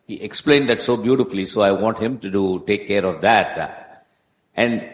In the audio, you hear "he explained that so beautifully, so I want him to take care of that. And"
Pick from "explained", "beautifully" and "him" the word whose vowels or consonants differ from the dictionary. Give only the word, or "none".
none